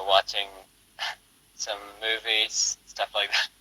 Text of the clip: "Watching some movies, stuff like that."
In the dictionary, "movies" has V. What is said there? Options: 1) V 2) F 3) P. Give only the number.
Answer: 1